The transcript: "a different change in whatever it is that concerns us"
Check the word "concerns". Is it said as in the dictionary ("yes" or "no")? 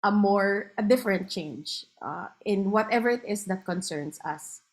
no